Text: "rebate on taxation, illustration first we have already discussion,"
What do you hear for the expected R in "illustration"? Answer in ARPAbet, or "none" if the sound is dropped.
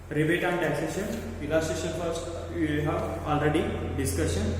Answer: none